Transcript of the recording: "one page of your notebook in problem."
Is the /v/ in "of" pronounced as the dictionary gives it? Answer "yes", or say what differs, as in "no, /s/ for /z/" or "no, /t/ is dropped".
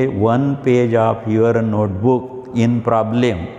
no, /p/ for /v/